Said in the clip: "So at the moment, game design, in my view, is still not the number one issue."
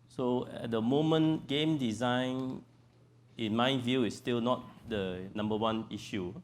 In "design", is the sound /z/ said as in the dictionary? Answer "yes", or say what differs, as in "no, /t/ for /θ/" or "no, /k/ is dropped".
yes